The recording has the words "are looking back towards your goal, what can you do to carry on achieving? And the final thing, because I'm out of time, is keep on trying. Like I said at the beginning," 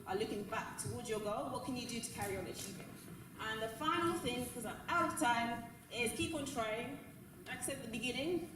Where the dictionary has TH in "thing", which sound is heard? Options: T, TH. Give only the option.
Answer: TH